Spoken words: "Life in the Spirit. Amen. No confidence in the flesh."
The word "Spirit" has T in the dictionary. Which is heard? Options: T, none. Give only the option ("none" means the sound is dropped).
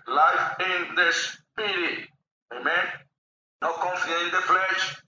none